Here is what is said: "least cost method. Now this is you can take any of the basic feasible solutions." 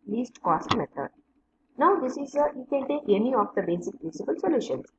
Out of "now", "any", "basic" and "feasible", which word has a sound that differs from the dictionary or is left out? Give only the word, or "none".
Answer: feasible